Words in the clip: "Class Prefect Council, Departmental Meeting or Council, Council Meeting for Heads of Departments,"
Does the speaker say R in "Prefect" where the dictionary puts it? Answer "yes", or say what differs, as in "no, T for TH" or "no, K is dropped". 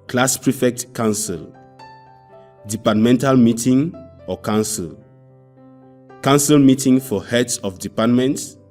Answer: yes